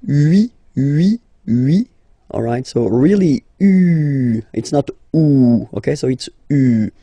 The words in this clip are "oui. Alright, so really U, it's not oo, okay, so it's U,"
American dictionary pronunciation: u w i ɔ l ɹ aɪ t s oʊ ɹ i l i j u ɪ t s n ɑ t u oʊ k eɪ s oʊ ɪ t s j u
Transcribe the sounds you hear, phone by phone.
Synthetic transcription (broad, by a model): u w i ɔ l ɹ aɪ t s oʊ ɹ i l i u ɪ t s n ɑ t u oʊ k eɪ s oʊ ɪ t s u